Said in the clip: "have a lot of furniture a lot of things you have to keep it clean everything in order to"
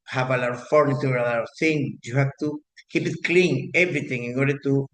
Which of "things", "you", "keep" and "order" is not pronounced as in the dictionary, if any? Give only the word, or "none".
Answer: things